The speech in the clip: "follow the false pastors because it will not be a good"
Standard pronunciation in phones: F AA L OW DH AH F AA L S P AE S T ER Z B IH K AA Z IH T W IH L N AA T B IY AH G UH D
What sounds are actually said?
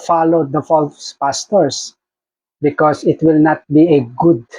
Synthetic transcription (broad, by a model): F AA L OW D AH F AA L S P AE S T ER S B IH K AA S IH T W IH L N AA T B IY AH G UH D